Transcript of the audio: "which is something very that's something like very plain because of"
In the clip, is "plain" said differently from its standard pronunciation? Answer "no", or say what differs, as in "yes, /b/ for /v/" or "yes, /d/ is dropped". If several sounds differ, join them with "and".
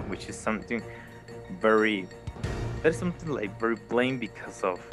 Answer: yes, /b/ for /p/